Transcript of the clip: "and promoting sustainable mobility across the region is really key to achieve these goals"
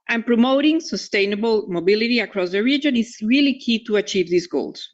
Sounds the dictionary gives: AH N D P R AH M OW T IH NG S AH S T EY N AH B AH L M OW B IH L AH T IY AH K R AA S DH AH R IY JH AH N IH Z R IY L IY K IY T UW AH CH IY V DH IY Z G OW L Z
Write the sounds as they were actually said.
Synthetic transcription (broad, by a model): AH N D P R AH M OW T IH NG S AH S T EY N AH B AH L M OW B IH L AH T IY AH K R AA S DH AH R IY JH AH N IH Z R IY L IY K IY T UW AH CH IY V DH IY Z G OW L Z